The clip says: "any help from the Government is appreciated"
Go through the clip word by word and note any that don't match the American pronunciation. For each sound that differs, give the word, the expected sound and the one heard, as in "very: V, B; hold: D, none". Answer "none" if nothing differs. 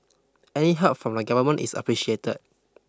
help: L, none; is: Z, S